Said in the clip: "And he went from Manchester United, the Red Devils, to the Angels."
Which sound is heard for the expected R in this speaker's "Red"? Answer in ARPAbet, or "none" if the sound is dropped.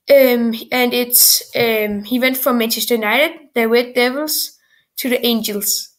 W